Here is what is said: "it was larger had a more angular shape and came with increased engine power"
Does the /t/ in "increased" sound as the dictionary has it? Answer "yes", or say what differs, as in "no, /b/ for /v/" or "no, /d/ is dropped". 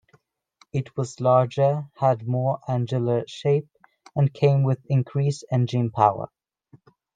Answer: no, /t/ is dropped